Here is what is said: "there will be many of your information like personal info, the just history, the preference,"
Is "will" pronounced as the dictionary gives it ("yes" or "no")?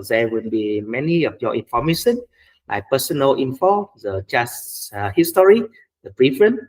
no